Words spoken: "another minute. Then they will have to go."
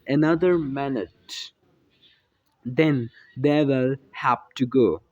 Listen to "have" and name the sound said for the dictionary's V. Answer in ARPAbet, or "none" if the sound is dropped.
P